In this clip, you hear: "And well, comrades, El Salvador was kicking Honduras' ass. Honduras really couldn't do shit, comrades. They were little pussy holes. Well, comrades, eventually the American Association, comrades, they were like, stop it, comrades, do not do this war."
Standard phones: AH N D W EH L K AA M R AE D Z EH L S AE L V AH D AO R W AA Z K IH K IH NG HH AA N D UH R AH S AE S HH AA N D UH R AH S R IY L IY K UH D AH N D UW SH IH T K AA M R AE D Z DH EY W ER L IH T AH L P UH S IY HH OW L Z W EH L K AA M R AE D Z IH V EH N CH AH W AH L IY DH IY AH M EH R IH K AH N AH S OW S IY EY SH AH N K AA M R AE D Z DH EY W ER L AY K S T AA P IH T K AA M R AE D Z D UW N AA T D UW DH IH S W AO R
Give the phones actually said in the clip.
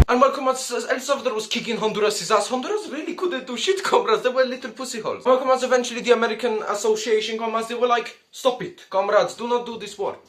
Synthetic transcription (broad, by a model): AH N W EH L K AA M AA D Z EH L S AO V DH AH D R W AA Z K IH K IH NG HH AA N D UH R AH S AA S HH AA N D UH R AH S R IY L IY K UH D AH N D UW SH IH T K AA M R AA D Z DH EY W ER L IH T AH L P UH S IY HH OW L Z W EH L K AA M AA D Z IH V EH N CH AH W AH L IY DH IY AH M EH R IH K AH N AH S OW S IY EY SH AH N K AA M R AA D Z DH EY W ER L AY K S T AA P IH T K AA M R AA D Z D UW N AA T D UW DH IH S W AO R